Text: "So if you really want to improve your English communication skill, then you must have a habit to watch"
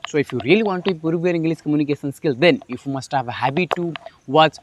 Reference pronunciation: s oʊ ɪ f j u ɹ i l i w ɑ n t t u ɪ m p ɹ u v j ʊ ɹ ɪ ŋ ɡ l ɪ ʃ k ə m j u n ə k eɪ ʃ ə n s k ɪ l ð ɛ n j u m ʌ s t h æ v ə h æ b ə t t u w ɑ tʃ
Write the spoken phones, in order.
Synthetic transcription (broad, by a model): s oʊ ɪ f j u ɹ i l i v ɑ n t t u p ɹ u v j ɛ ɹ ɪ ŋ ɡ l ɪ s k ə m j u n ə k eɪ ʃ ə n s k ɪ l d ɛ n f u m ʌ s t h æ v ə h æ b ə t t u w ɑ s